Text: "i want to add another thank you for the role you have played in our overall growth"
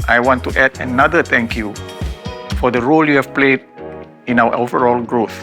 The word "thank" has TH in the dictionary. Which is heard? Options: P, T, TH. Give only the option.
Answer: T